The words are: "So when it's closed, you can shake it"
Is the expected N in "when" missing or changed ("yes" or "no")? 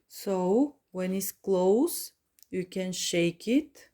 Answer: no